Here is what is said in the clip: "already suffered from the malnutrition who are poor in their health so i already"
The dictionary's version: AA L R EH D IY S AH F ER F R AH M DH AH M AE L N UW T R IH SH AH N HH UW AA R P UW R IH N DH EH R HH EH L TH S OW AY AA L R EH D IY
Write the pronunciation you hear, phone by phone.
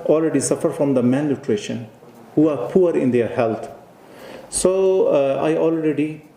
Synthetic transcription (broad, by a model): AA L R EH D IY S AH F ER F R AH M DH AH M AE N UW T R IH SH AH N HH UW AA R P UW R IH N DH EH R HH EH L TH S OW AY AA L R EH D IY